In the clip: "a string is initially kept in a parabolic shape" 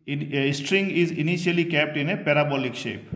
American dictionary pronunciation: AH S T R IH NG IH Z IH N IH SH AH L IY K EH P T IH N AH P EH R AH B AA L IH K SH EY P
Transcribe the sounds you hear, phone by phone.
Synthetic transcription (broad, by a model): S T R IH NG IH Z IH N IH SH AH L IY K EH P T IH N AH P EH R AH B AA L IH K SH EY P